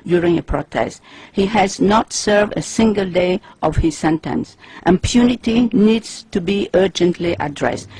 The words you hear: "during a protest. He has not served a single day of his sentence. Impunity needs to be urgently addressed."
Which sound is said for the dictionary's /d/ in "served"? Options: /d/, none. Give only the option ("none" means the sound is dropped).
/d/